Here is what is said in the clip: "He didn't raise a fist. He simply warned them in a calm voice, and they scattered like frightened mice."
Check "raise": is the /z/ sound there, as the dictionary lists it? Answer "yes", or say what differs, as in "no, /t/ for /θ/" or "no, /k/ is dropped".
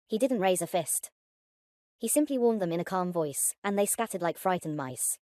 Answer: yes